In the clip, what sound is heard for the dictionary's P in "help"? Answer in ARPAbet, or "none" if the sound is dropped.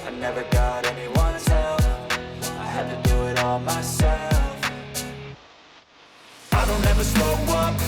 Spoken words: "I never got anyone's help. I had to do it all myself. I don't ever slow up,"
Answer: F